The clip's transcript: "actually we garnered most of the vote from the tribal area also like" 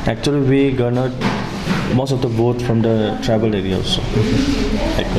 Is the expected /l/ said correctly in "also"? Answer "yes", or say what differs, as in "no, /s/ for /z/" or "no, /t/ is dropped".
no, /l/ is dropped